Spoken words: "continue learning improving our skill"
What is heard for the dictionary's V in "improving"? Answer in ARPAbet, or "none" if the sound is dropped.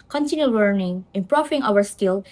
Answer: F